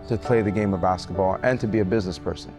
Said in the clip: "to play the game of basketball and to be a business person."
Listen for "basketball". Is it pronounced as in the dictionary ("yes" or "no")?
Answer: yes